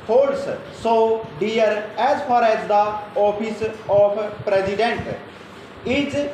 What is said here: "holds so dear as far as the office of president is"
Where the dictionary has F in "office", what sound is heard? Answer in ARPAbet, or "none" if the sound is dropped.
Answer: P